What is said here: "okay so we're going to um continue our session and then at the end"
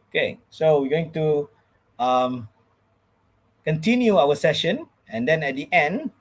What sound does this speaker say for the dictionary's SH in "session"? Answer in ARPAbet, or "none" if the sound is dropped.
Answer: SH